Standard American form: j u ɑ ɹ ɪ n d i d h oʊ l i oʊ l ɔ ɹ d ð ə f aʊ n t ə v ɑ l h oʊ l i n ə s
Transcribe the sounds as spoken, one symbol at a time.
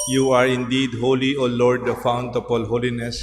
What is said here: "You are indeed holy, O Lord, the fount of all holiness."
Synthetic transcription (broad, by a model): j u ɑ ɹ ɪ n d i d h oʊ l i oʊ l ɔ ɹ d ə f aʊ n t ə p ɑ l h oʊ l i n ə s